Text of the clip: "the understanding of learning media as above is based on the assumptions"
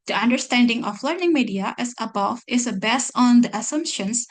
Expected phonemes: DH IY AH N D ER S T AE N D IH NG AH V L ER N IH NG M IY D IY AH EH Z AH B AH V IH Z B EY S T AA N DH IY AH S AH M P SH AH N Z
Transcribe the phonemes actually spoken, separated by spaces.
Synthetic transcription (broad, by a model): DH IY AH N D ER S T AE N D IH NG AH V L ER N IH NG M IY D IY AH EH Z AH B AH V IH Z B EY S AA N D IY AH S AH M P SH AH N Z